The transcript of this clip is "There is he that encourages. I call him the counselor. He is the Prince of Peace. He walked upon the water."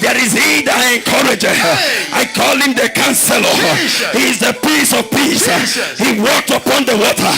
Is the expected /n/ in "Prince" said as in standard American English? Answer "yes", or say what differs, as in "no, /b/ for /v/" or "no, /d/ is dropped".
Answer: no, /n/ is dropped